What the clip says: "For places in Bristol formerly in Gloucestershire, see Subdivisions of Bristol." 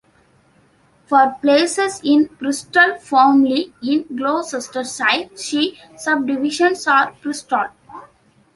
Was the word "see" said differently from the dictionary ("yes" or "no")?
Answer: yes